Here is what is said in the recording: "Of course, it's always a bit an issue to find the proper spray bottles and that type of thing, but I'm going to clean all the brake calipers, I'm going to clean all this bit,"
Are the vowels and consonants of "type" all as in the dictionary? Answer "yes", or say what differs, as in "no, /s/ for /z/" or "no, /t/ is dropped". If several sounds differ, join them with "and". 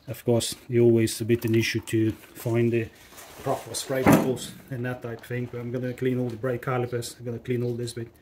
no, /p/ is dropped